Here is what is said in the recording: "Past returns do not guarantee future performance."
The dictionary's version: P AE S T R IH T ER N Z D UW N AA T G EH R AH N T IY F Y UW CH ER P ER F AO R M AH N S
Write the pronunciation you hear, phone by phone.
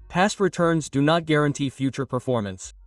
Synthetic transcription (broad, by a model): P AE S T R IH T ER N Z D UW N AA T G EH R AH N T IY F Y UW CH ER P ER F AO R M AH N S